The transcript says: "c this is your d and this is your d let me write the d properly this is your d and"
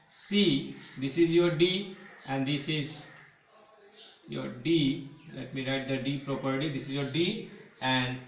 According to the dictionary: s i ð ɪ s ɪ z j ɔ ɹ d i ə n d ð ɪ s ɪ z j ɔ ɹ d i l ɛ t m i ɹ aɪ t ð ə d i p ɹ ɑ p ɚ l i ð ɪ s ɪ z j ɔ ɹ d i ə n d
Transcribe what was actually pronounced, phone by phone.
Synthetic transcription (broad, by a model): s i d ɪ s ɪ z j ɔ ɹ d i ə n d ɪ s ɪ z j ɔ ɹ d i l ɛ t m i ɹ aɪ t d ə d i p ɹ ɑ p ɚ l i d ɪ s ɪ z j ɔ ɹ d i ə n d